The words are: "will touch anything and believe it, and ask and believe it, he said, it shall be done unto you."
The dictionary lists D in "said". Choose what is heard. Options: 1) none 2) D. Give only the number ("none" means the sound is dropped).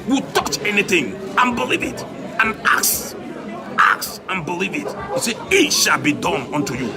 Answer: 1